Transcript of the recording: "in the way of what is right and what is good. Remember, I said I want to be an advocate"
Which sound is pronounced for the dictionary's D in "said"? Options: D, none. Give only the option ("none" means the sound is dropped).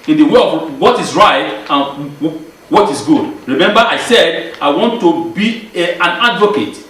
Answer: D